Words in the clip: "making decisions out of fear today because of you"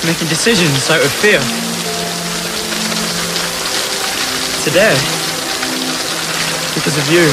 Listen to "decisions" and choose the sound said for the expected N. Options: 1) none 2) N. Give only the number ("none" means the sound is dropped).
2